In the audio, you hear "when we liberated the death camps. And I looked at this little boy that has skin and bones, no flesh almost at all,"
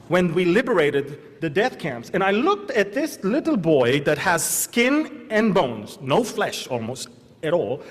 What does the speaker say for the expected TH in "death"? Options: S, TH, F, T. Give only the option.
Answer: TH